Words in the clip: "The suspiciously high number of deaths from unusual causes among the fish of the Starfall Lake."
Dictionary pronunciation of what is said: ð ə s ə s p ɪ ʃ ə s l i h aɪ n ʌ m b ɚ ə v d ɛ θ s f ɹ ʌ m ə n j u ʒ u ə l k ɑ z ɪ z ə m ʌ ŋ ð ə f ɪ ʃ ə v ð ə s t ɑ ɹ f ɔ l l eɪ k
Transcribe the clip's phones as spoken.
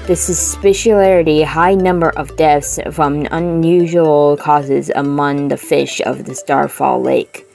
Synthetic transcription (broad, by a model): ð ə s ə s p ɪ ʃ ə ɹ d i h aɪ n ʌ m b ɚ ə v d ɛ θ s f ɹ ʌ m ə n j u ʒ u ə l k ɑ z ɪ z ə m ʌ ŋ ð ə f ɪ ʃ ə v ð ə s t ɑ ɹ f ɔ l l eɪ k